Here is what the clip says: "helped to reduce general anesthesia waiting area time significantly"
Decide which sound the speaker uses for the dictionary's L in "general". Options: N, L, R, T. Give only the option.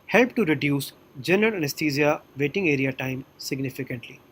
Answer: N